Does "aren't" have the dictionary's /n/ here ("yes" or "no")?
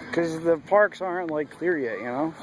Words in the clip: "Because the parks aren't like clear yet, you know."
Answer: yes